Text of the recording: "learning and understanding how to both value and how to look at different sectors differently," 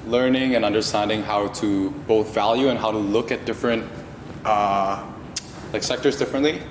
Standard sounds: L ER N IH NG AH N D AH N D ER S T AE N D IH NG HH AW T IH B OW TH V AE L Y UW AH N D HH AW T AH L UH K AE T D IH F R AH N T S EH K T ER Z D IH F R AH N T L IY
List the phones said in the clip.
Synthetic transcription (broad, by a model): L ER N IH NG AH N AH N D ER S T AE N D IH NG HH AW T IH B OW TH V AE L Y UW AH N HH AW T AH L UH K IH T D IH F R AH N T S EH K T ER Z D IH F R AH N T L IY